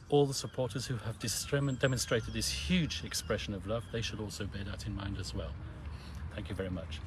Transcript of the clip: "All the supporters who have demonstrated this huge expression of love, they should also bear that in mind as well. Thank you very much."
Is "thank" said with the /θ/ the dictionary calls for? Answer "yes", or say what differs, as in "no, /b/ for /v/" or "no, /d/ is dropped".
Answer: yes